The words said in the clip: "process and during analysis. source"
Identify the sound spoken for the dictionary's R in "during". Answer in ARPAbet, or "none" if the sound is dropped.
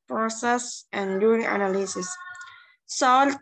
none